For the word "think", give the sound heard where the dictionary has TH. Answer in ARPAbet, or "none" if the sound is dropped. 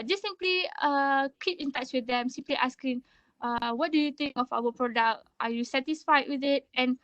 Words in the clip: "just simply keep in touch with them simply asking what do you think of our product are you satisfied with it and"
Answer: T